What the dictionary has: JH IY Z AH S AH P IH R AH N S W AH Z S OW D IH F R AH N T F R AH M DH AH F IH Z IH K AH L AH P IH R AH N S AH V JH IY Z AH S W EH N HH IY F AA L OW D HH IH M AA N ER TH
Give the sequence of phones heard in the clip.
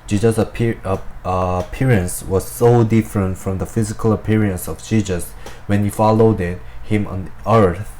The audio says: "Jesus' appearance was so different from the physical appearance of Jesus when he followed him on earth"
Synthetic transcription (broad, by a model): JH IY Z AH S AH P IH R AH N S W AH Z S OW D IH F R AH N T F R AH M DH AH F IH Z IH K AH L AH P IH R AH N S AH V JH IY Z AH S W EH N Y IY F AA L OW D HH IH M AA N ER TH